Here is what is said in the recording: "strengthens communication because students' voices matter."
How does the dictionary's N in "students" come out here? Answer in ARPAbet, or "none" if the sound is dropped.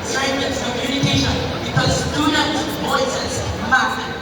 none